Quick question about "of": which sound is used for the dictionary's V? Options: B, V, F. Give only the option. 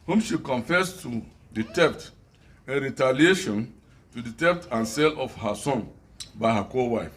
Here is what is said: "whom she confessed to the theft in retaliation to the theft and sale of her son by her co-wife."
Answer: F